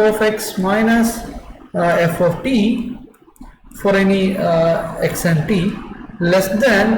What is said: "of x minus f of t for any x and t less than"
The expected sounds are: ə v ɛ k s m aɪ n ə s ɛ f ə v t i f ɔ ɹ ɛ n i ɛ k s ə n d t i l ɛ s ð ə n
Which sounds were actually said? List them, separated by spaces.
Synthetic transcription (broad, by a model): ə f ɛ k s m aɪ n ə s ɛ f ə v t i f ɔ ɹ ɛ n i ɛ k s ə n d t i l ɛ s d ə n